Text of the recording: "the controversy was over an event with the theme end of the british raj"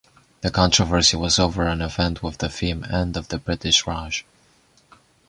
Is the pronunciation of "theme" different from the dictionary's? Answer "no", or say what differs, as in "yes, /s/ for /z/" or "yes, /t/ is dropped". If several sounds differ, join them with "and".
yes, /f/ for /θ/